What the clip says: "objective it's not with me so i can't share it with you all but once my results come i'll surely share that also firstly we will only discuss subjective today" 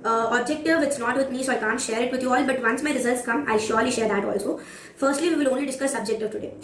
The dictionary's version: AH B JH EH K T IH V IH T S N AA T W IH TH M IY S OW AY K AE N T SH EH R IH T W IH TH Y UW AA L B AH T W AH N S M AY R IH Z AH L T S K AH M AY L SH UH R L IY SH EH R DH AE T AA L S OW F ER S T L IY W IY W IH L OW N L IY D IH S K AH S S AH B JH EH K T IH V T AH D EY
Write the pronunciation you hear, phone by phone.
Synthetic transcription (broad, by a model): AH B JH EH K T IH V IH T S N AA T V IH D M IY S OW AY K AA N T SH EH R IH T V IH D Y UW AA L B AH T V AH N S M AY R IH Z AH L T S K AH M AY L SH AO R L IY SH EH R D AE T AA L S OW F ER S T L IY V IY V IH L OW N L IY D IH S K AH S S AH B JH EH K T IH V T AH D EY